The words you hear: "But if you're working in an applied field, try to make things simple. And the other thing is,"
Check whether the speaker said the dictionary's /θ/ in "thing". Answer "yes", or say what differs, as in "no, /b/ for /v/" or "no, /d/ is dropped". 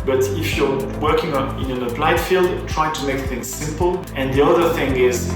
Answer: yes